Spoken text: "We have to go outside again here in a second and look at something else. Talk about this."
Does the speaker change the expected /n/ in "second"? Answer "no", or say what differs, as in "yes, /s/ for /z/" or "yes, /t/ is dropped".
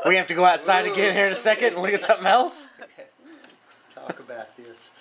no